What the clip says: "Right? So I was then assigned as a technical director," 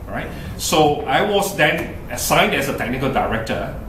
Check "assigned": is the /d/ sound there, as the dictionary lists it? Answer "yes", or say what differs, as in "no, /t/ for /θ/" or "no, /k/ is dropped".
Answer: yes